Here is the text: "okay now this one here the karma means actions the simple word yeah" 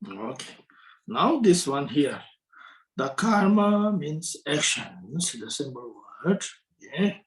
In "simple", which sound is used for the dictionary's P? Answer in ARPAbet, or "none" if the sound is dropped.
B